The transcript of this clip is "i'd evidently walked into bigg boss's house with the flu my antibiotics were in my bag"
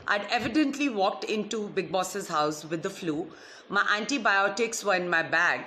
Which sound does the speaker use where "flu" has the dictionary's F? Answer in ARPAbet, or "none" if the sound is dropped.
F